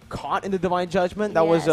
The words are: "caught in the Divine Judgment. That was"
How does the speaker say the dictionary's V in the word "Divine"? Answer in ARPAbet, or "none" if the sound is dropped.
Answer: V